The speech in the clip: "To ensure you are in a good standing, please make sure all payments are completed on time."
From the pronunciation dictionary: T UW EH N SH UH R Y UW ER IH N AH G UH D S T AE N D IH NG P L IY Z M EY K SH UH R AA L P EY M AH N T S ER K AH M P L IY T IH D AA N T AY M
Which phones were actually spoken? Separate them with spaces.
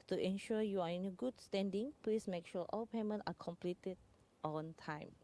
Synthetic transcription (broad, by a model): T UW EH N SH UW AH Y UW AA IH N AH G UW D S T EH N D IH NG P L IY S M EY K SH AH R AA L P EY M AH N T AA K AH M P L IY T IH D AA N T AY M